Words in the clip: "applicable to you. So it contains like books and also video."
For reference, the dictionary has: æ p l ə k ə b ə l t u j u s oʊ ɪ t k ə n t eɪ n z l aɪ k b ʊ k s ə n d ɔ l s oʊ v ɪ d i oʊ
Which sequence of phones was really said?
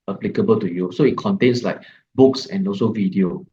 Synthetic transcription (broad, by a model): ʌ p l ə k ə b ə l t u j u s oʊ ɪ t k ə n t eɪ n s l aɪ k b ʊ k s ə n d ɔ s oʊ v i d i oʊ